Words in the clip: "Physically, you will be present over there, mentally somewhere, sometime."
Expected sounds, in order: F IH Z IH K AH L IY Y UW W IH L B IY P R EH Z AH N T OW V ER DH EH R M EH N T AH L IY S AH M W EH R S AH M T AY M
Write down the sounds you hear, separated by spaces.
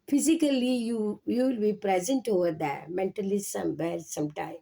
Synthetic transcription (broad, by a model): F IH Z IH K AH L IY Y UW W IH L B IY P R EH Z AH N T OW V ER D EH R M EH N T AH L IY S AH M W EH L S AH M T AY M